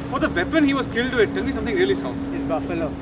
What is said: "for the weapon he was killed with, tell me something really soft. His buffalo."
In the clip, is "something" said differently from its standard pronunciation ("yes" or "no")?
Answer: yes